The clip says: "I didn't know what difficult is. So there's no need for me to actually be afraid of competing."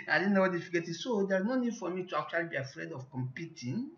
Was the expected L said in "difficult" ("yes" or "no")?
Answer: no